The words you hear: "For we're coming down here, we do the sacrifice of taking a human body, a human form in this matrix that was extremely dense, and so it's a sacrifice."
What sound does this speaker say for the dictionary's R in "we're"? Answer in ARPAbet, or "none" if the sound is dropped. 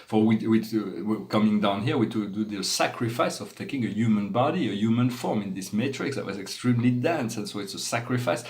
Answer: W